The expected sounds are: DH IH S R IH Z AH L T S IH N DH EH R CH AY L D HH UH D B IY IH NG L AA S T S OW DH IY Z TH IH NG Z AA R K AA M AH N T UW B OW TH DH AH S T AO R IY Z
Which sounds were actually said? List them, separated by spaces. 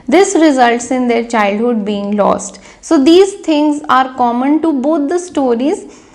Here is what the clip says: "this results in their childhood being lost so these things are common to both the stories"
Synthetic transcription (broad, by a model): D IH S R IH Z AH L T S IH N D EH R CH AY L D HH UH D B IY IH NG L AA S T S OW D IY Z T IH NG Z AA R K AA M AH N T UW B OW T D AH S T AO R IY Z